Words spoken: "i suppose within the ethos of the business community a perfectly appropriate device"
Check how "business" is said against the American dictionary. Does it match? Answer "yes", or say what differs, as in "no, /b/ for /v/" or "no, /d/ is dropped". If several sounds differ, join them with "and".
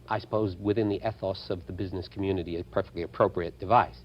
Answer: yes